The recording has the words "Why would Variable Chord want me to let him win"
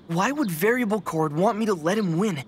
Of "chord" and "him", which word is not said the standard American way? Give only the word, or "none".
none